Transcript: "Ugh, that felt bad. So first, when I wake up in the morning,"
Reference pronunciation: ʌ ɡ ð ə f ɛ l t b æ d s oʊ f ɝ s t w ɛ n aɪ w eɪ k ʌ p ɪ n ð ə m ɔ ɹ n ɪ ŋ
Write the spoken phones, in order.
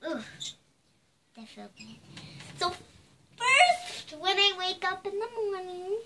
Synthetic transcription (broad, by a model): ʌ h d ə f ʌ n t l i s oʊ f ɝ s t w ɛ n aɪ w eɪ k ʌ p ɪ n ð ə m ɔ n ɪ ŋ